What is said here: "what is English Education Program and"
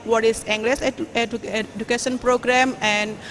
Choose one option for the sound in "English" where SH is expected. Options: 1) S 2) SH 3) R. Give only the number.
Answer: 1